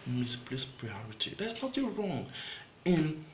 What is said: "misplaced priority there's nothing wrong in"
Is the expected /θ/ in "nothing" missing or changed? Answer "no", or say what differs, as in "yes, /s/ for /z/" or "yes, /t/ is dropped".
yes, /t/ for /θ/